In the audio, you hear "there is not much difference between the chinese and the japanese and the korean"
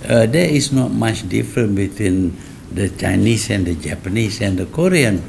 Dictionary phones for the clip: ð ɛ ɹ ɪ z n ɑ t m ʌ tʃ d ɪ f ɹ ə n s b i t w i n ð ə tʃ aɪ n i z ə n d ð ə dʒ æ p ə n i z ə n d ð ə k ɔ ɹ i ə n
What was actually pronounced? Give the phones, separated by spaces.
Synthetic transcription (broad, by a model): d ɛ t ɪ s n ɑ t m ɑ tʃ d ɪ f ɹ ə n b i t w i n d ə tʃ aɪ n i s ə n d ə dʒ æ p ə n i s ə n d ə k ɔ ɹ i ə n